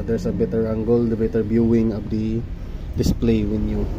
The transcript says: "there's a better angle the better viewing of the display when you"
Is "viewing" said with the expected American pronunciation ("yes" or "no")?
no